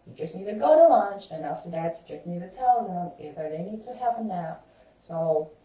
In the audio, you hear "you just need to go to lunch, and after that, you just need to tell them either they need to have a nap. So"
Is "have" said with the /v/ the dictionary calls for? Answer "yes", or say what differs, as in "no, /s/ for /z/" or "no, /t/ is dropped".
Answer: no, /p/ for /v/